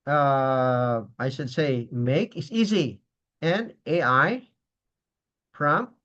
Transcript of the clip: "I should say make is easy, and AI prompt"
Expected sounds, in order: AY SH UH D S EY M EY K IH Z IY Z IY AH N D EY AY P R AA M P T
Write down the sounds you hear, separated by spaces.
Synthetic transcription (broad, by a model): AY SH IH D S EY M EY K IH S IY Z IY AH N EY AY P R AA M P